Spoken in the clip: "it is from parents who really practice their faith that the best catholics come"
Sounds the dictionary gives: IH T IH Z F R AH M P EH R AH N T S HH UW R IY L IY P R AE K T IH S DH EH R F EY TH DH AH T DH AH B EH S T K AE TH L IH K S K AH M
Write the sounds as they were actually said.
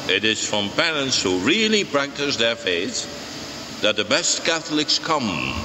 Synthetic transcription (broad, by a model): IH T IH Z F R AH M P EH R AH N T S HH UW R IY L IY P R AE K T IH S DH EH R F EY TH DH AH T DH AH B EH S T K AE TH L IH K S K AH M